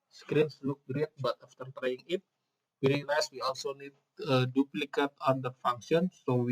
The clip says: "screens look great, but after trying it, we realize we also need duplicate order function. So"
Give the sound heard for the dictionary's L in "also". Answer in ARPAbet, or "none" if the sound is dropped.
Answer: L